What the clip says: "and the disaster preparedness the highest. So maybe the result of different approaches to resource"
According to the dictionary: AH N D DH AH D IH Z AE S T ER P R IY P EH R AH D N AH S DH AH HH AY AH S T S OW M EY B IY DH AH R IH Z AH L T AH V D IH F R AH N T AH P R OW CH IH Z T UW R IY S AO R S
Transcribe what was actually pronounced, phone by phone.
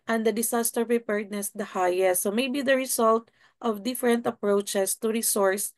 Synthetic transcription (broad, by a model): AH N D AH D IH S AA S T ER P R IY P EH R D N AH S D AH HH AY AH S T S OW M EY B IY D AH R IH S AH L T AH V D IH F R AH N T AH P R OW CH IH S T UW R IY S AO R S